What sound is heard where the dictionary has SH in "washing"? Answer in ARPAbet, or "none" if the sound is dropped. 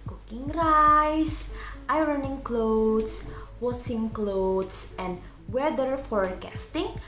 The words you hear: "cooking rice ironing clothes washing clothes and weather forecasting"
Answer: S